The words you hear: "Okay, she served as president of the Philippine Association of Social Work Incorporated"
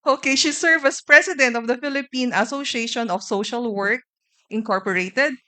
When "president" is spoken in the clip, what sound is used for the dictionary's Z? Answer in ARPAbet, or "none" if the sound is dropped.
S